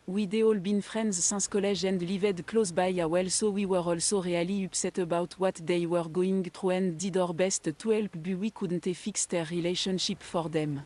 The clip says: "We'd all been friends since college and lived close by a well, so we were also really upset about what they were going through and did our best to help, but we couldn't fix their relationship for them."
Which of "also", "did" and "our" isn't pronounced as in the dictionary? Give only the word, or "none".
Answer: none